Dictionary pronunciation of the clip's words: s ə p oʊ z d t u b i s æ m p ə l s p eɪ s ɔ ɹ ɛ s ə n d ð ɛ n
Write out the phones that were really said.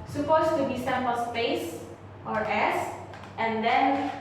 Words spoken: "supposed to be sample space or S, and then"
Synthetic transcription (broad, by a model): s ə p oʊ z t u b i s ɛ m ə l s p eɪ s ɔ ɹ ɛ s ə n d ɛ n